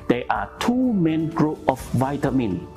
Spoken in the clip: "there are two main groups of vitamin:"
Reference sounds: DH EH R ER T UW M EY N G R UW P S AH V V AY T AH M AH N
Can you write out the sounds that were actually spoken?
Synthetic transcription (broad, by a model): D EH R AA T UW M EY N G R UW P AH F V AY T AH M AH N